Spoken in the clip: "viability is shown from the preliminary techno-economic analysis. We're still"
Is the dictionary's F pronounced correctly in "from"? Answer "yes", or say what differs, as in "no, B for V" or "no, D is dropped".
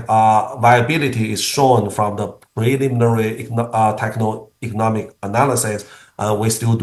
yes